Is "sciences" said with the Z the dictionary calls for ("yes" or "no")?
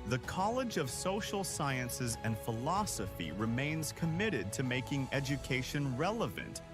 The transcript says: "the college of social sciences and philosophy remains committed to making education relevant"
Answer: yes